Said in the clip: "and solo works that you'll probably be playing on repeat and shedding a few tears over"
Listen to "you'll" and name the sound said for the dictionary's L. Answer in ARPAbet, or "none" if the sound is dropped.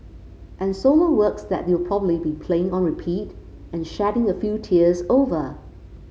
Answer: W